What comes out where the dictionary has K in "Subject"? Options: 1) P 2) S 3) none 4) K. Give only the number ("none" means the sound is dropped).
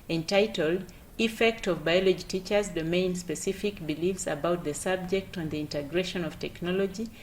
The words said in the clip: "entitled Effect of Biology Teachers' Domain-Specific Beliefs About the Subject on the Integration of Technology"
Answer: 4